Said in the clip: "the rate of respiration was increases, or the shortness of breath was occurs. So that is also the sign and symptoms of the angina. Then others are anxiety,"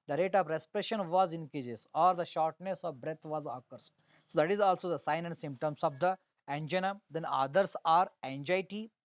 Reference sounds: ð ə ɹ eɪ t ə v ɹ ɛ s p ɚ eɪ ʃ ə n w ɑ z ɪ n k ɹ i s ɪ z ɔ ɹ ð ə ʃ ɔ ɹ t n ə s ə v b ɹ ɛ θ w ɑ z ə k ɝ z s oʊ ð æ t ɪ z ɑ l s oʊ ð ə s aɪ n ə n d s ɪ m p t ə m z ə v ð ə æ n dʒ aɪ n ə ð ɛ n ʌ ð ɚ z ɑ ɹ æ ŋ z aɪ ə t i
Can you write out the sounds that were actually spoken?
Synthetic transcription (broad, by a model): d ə ɹ eɪ t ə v ɹ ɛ s p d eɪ ʃ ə n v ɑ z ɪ n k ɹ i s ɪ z ɔ ɹ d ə ʃ ɔ ɹ t n ə s ə v b ɹ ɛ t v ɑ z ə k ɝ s s oʊ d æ t ɪ z ɑ l s oʊ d ə s aɪ n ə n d s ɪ m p t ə m s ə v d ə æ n dʒ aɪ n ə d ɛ n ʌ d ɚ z ɑ ɹ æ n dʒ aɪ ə t i